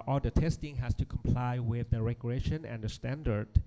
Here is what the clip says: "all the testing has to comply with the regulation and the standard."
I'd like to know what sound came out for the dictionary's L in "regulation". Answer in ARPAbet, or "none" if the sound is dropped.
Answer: none